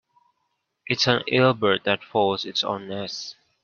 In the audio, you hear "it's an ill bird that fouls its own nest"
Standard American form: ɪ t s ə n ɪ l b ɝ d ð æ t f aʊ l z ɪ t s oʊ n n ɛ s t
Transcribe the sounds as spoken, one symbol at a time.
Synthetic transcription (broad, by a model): ɪ t s ə n ɪ l b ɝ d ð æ t f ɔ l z ɪ t s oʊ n n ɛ s